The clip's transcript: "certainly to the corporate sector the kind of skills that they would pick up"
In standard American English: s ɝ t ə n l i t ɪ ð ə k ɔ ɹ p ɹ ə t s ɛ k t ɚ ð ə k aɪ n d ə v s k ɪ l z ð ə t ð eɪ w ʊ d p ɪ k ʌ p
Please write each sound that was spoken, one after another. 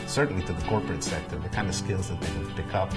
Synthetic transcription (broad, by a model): s ɝ t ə n l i t ɪ ð ə k ɔ ɹ p ɹ ə t s ɛ k t ɚ ð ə k aɪ n d ə v s k ɪ l z ð ə t ð eɪ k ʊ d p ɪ k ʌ p